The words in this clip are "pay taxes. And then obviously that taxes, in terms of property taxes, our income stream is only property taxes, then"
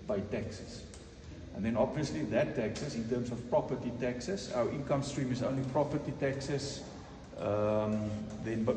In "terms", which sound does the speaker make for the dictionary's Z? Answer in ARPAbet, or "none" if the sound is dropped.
S